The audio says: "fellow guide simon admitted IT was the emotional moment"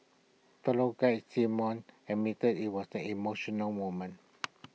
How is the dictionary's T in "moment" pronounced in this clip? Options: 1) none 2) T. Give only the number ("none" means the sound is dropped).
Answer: 1